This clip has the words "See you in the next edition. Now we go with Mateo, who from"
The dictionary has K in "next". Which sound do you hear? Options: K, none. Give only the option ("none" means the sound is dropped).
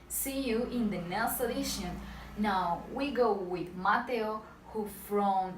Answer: none